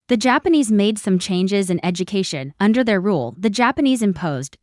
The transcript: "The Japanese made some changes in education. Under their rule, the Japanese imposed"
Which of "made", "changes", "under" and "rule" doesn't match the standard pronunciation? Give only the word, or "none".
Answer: none